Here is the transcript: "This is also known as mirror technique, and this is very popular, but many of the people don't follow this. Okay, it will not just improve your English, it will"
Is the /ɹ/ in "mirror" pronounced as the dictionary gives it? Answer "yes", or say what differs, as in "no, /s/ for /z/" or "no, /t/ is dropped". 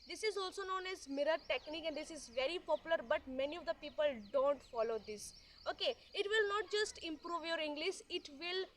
yes